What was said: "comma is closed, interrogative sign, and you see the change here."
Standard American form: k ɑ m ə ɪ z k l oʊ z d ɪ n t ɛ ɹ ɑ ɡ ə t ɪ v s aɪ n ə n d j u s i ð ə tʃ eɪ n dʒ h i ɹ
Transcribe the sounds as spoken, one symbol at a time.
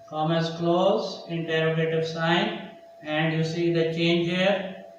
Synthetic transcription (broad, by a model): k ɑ m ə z k l oʊ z ɪ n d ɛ ɹ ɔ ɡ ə t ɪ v s aɪ n ə n d j u s i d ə tʃ eɪ n dʒ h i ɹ